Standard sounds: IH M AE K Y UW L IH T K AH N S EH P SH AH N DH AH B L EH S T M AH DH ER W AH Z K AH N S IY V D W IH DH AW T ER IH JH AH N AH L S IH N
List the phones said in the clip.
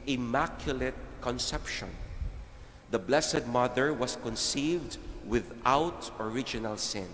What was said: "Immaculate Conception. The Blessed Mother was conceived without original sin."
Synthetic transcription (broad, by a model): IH M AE K Y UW L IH T K AH N S EH P SH AH N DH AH B L EH S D M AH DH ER W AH S K AH N S IY V D W IH DH AW T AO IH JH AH N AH L S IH N